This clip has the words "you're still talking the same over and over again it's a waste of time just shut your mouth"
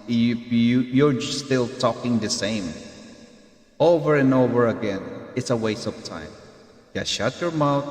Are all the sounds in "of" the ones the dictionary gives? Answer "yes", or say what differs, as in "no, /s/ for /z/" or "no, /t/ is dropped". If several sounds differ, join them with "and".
no, /p/ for /v/